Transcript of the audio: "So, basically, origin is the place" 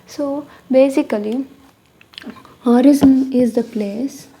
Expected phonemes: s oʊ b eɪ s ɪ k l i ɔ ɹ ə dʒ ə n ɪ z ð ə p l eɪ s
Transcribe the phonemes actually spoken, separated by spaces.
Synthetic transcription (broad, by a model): s oʊ b eɪ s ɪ k l i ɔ ɹ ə z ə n ɪ z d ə p l eɪ s